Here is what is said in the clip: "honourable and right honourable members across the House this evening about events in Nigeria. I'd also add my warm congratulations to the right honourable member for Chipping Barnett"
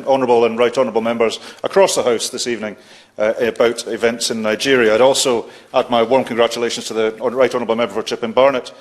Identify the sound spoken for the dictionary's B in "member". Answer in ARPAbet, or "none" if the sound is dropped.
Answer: B